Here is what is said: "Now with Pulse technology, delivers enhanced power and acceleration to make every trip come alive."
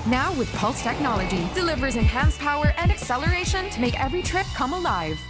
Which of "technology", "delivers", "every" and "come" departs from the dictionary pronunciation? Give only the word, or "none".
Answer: none